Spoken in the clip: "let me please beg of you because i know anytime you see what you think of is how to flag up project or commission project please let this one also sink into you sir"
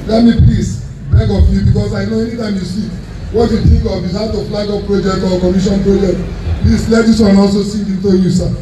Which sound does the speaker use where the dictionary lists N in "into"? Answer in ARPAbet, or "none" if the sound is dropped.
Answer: N